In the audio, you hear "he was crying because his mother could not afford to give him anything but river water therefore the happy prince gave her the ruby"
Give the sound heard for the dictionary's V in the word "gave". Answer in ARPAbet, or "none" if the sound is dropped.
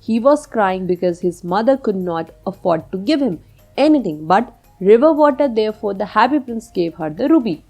V